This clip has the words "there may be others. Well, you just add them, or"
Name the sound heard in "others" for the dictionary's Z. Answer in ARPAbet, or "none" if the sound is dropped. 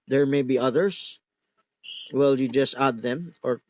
S